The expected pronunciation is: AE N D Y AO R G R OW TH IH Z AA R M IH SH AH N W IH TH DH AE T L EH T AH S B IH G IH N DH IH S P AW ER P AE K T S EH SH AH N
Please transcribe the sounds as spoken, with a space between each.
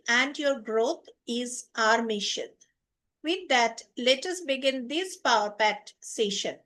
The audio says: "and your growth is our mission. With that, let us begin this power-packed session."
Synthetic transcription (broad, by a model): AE N D Y AO R G R OW T IH Z AA R M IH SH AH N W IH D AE T L EH T AH S B IH G IH N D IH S P AW ER P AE T S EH SH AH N